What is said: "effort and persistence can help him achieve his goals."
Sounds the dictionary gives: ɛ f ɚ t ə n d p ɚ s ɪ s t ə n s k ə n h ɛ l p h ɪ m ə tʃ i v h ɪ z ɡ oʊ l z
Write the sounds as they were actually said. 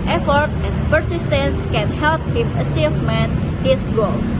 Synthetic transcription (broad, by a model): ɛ f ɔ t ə n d p ɚ s ɪ s t ə n s k ə n h ɛ l p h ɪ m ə s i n h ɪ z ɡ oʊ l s